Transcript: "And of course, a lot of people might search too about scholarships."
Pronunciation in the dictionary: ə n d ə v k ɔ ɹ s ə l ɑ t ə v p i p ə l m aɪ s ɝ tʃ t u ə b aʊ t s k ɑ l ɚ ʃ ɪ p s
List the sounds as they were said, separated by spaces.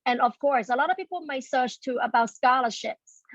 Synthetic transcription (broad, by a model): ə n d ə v k ɔ ɹ s ə l ɑ t ə v p i p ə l m aɪ s ɝ tʃ t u ə b aʊ t s k ɑ l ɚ ʃ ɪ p s